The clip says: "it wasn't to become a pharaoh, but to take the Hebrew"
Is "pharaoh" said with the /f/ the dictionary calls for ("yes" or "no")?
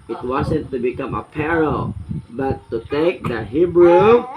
no